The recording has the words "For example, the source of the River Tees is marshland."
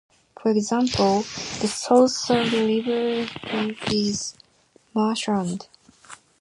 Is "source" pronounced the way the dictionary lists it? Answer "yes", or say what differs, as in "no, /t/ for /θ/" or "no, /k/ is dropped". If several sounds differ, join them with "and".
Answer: no, /l/ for /ɹ/